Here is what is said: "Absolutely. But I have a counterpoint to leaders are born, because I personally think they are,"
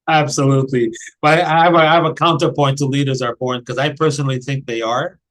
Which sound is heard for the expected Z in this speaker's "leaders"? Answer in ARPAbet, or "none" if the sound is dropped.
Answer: Z